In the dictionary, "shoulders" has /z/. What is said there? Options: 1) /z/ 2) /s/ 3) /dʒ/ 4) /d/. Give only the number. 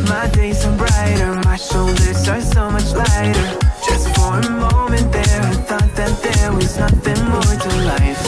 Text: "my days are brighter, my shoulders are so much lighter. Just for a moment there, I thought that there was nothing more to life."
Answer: 2